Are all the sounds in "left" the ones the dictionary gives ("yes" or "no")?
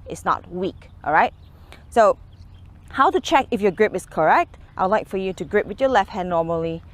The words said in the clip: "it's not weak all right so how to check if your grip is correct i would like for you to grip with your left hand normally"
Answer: yes